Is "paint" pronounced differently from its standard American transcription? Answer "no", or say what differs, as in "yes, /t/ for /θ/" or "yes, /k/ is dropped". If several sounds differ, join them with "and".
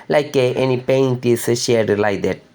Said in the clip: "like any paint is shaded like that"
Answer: no